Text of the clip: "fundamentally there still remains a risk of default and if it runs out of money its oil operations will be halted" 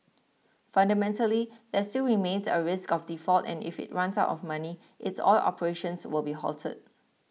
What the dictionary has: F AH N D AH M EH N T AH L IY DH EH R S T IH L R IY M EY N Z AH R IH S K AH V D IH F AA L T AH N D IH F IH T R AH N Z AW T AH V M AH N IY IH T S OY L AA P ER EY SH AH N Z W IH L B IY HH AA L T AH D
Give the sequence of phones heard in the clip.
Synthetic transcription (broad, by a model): F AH N D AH M EH N T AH L IY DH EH S T IH L R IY M EY N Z AH R IH S K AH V D IH F AA L T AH N IH F IH T R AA N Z AW T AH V M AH N IY IH T S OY L AA P ER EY SH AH N S W IH L B IY HH AA L T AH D